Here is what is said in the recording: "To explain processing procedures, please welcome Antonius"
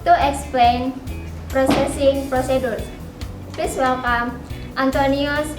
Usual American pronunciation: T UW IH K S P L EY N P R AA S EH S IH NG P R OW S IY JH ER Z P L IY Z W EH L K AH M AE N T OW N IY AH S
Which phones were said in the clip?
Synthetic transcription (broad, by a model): T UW IH K S P L EY N P R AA S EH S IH NG P R OW S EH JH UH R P IY S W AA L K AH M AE N T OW N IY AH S